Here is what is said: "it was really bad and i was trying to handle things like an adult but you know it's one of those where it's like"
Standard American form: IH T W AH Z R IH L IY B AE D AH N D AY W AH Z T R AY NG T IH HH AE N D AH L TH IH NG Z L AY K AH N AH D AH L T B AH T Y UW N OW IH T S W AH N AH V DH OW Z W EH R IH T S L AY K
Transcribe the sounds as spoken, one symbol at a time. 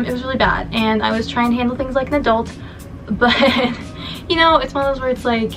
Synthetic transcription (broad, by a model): IH T W AH Z R IH L IY B AE D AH N AY W AH Z T R AY NG T IH HH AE N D L TH IH NG Z L AY K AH N AH D AH L T B AH T Y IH N OW IH T S W AH N AH V DH OW Z W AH R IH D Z L AY K